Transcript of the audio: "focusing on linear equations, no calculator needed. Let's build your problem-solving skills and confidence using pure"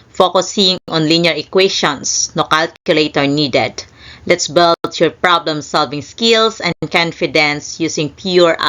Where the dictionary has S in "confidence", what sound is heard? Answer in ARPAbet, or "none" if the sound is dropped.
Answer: S